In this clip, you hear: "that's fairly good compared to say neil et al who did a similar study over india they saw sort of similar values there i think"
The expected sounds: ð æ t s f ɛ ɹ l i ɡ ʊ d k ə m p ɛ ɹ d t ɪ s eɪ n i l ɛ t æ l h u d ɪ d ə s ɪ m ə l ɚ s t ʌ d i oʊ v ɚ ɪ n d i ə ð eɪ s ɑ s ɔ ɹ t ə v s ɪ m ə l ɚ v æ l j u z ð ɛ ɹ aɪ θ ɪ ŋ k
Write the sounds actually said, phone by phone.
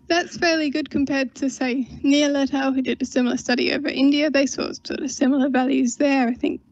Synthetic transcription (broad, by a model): ð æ t s f ɛ ɹ l i ɡ ʊ d k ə m p ɛ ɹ d t ɪ s eɪ n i l ɛ t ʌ h u d ɪ d ə s ɪ m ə l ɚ s t ʌ d i oʊ v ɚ ɪ n d i ə ð eɪ s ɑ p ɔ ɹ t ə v s ɪ m l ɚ v æ l j u z ð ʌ ɹ aɪ θ ɪ ŋ k